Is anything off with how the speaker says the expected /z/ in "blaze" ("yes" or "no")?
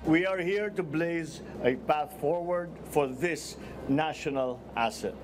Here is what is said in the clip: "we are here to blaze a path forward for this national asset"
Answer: no